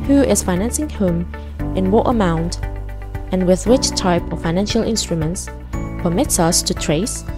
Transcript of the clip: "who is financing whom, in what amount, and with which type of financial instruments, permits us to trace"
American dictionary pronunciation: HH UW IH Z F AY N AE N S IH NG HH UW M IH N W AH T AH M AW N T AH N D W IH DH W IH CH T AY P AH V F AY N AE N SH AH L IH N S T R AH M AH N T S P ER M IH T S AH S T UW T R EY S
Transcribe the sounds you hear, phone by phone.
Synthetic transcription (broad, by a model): HH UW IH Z F AY N AE N S IH NG HH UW M IH N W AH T AH M AW N T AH N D W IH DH W IH CH T AY P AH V F AY N AE N SH AH L IH N S T R AH M AH N T S P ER M IH T S AH S T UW T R EY S